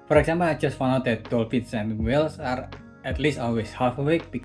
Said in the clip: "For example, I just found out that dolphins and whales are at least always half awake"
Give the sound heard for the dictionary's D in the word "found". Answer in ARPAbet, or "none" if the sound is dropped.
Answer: none